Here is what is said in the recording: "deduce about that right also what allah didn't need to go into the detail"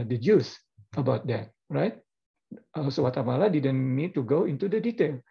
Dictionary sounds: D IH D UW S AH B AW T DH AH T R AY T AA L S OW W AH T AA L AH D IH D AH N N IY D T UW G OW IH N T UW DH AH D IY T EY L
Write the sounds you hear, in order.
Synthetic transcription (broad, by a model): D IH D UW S AH B AW T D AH T R AY T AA S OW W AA T AA L AH D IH D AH N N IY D T UW G OW IH N T UW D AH D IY T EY L